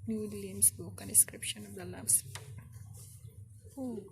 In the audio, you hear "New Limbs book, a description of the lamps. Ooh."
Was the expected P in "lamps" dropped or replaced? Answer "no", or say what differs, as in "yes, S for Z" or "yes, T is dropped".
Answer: yes, P is dropped